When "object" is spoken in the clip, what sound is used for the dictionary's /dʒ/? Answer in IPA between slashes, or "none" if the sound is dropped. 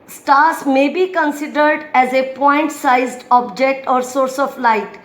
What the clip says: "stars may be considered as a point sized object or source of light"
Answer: /dʒ/